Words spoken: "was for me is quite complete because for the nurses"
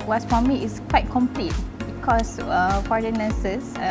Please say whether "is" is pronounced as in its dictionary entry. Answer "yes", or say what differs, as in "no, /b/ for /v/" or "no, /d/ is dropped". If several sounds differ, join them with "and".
no, /s/ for /z/